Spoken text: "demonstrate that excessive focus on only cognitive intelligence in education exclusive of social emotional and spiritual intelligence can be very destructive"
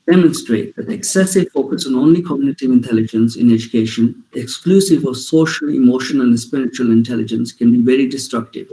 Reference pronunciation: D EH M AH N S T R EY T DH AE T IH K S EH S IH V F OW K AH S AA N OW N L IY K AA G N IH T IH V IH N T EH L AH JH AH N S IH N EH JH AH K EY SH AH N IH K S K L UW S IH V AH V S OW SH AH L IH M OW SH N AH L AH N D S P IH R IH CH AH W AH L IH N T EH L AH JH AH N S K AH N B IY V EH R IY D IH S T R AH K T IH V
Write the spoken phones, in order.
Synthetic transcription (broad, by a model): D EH M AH N S T R EY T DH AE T IH K S EH S IH V F OW K AH S AA N OW N L IY K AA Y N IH T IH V IH N T EH L AH JH AH N S IH N EH JH AH K EY SH AH N IH K S K L UW S IH V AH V S OW SH AH L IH M OW SH AH N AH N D S P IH R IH CH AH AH L IH N T EH L AH JH AH N S K AH N B IY V EH R IY D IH S T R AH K T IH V